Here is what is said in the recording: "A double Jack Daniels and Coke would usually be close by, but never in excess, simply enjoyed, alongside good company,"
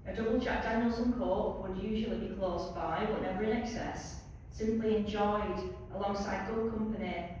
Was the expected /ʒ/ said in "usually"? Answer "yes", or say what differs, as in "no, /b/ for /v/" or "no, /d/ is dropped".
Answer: yes